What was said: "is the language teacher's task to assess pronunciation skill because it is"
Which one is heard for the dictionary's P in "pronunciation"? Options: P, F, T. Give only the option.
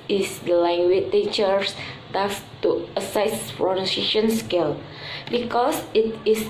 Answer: F